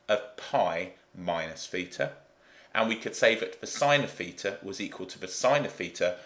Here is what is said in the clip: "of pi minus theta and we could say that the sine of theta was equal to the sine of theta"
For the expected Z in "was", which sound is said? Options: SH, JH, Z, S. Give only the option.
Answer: Z